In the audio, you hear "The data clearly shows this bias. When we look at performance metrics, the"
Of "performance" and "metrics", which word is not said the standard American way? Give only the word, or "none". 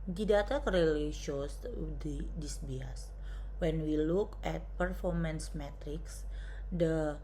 none